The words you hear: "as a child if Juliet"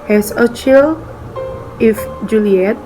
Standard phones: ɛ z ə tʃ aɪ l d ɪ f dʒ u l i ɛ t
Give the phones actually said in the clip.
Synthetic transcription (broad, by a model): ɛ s ə tʃ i l ɪ f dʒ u l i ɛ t